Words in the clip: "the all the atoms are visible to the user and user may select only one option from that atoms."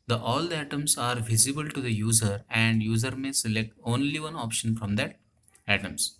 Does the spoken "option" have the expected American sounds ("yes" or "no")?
yes